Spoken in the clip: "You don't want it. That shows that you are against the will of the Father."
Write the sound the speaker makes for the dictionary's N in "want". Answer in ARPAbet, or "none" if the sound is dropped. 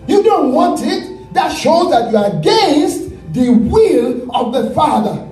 N